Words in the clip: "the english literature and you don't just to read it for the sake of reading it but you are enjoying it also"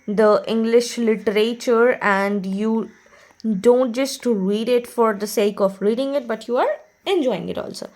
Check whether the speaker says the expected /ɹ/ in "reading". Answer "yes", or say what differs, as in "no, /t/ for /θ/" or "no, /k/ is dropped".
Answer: yes